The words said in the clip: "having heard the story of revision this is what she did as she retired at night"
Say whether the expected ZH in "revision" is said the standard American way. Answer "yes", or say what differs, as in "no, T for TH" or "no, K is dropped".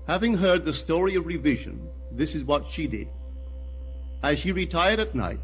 yes